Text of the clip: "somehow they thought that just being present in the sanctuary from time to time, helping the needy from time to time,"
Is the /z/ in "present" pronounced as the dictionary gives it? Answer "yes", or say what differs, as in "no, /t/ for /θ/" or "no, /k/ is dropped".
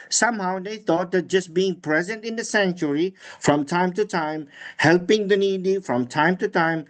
yes